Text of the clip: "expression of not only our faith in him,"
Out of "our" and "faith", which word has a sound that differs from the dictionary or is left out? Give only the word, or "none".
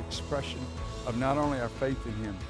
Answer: none